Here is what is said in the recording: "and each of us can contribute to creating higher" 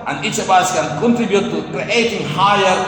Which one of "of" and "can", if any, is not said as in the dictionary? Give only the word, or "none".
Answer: of